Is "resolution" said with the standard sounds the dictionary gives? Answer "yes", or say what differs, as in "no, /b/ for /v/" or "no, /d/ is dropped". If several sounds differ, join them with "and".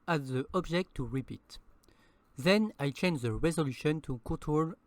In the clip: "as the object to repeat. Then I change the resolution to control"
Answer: yes